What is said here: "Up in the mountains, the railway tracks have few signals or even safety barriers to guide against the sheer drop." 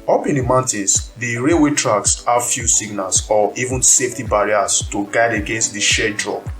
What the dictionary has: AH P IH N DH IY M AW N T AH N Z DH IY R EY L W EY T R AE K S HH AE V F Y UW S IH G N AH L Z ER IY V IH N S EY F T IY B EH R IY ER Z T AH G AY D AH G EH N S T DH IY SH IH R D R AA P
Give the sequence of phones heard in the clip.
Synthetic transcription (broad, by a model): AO P IH N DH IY M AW N T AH N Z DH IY R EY W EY T R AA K S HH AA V F Y UW S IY G N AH L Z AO IY V IH N S EY F T IY B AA R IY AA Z T AH G AY D AH G EH N S T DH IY SH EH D R AA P